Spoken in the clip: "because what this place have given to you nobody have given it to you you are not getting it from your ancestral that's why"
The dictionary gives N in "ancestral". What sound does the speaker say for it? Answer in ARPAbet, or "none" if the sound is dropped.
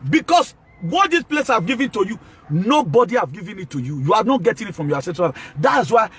none